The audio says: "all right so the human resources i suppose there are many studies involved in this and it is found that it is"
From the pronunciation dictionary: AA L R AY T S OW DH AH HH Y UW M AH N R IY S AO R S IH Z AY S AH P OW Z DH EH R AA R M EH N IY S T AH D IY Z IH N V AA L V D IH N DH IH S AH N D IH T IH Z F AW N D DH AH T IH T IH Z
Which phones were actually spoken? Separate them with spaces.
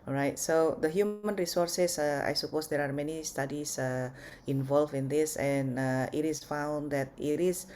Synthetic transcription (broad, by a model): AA R AY T S OW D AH HH Y UW M AH N R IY S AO R S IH S AY S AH P OW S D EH R AA R M EH N IY S T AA D IY S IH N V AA L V IH N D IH S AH N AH IH T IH S F AW N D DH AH T IH T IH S